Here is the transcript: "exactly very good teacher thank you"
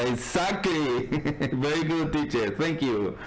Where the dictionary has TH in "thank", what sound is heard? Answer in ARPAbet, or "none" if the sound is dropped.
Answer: T